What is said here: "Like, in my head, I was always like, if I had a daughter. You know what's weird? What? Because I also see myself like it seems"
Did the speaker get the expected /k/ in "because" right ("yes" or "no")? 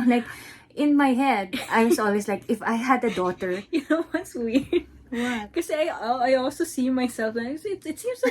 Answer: no